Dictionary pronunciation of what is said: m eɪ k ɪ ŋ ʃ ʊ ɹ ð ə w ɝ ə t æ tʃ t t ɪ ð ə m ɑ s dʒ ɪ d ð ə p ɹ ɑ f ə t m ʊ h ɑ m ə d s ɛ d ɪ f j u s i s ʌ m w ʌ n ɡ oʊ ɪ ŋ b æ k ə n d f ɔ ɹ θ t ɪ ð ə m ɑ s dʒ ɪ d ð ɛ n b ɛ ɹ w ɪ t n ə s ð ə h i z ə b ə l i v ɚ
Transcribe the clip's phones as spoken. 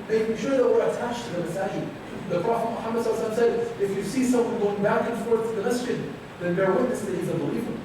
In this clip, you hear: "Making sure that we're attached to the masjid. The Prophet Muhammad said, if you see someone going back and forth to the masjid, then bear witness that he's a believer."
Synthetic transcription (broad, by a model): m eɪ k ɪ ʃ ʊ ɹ ð ə w ɝ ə t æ tʃ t t ɪ ð ə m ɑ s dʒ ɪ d ð ə p ɹ ɑ f ə t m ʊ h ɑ m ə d s ɛ d ɪ f j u s i s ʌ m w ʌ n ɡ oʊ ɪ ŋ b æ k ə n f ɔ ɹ t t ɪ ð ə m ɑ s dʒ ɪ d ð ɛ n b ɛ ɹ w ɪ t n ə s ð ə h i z ə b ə l i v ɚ